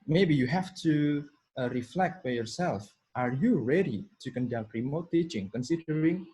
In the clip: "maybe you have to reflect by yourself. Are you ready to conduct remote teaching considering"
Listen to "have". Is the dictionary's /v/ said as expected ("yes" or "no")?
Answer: no